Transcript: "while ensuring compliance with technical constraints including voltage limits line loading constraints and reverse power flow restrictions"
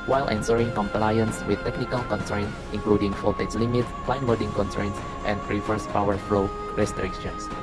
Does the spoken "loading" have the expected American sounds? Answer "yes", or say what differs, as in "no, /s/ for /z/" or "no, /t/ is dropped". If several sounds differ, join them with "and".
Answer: no, /w/ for /l/